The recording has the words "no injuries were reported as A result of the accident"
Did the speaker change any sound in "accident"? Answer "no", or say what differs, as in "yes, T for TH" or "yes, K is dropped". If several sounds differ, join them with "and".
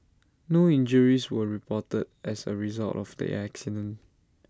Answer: yes, T is dropped